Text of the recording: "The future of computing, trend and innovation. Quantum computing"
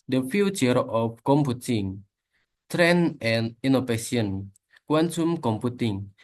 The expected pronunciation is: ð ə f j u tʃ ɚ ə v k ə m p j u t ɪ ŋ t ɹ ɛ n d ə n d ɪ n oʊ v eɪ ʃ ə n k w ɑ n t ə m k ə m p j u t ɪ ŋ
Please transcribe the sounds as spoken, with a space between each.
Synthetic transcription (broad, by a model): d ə f j u tʃ ɚ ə f k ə m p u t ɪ ŋ t ɹ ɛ n ə n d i n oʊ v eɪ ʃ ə n k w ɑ n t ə m k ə m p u t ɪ ŋ